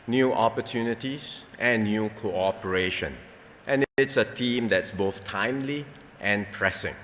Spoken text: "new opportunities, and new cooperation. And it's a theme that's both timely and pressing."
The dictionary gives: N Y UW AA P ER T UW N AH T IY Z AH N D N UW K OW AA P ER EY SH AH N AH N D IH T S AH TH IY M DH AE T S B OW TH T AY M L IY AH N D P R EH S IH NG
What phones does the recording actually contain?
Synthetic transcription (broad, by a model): N Y UW AA P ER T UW N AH T IY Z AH N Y UW K OW AA P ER EY SH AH N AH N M IH T S AH T IY M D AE T S B OW TH T AY M L IY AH N P R EH S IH NG